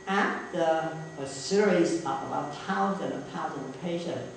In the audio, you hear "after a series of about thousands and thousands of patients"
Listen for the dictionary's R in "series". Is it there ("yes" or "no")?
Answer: yes